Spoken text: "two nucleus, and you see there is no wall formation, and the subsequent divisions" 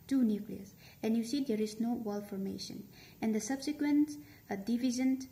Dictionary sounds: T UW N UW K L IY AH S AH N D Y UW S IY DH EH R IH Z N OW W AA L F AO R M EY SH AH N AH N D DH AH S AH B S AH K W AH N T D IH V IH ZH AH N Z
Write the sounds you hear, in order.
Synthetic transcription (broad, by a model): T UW N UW K L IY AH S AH N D Y UW S IY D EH R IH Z N OW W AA L F AO R M EY SH AH N AH N D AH S AH B S AH K W AH N T D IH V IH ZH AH N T